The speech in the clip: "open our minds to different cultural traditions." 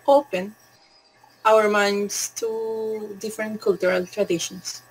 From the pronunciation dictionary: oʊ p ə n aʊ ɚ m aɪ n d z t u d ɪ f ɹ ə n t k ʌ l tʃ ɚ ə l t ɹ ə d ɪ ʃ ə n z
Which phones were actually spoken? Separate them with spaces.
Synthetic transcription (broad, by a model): oʊ p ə n aʊ ɚ m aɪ n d s t u d ɪ f ɹ ə n t k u l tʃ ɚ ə l t ɹ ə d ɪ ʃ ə n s